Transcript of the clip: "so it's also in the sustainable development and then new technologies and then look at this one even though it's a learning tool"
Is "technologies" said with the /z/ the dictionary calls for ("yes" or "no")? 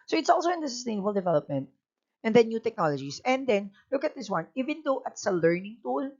no